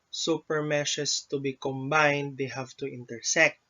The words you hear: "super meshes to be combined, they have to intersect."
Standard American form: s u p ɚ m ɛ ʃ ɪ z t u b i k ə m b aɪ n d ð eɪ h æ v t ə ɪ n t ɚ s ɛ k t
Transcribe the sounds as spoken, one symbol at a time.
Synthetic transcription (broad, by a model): s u p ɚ m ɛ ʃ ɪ s t u b i k ə m b aɪ n d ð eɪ h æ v t ə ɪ n t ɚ s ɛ k t